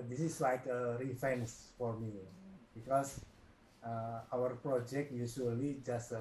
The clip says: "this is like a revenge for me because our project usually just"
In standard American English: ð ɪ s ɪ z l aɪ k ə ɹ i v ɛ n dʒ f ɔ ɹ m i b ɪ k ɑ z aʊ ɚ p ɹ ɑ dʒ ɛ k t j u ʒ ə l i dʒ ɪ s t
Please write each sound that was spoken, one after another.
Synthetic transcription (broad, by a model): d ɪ s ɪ s l aɪ k ə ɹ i f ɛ n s f ɔ ɹ m i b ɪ k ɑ s aʊ ɚ p ɹ ɑ dʒ ɛ k t j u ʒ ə l i dʒ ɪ s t